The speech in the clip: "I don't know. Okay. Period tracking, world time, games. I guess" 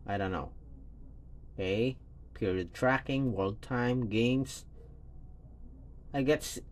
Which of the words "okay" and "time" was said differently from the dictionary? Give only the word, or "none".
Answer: okay